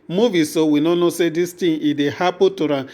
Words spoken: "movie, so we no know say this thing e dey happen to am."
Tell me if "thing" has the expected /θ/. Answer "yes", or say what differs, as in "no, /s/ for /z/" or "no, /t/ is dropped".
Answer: no, /t/ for /θ/